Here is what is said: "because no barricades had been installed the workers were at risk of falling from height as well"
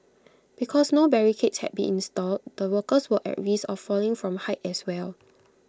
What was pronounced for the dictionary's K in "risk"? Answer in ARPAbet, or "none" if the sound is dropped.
none